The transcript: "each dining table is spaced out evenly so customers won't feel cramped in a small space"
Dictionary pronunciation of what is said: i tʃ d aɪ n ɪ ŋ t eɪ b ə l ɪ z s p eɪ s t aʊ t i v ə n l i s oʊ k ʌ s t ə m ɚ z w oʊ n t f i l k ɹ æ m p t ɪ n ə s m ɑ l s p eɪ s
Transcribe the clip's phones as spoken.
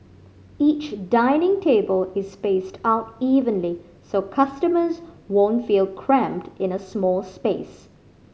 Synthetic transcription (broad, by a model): i tʃ d aɪ n ɪ ŋ t eɪ b ə l ɪ z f eɪ s t aʊ t i v ə n l i s oʊ k ʌ s t ə m ɚ z w oʊ n t f i l k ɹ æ m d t ɪ n ə s m ɑ l s p eɪ s